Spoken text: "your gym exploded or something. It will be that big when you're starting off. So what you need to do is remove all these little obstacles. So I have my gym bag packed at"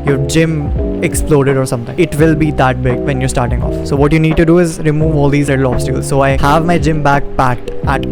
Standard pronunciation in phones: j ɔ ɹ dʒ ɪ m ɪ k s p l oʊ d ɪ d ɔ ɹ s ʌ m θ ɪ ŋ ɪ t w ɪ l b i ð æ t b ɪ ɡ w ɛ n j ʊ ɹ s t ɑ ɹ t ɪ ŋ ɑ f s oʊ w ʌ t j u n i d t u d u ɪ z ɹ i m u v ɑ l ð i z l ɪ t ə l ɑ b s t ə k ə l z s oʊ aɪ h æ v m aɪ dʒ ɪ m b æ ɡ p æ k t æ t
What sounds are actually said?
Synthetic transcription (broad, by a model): j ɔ ɹ dʒ ɪ m ɪ k s p l oʊ d ɪ d ɔ ɹ s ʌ m t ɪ ŋ ɪ t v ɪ l b i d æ t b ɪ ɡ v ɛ n j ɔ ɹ s t ɑ ɹ t ɪ ŋ ɑ f s oʊ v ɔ t j u n i d t u d u ɪ z ɹ i m u v ɑ l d i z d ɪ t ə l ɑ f s t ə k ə l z s oʊ aɪ h æ v m aɪ dʒ ɪ m b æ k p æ t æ t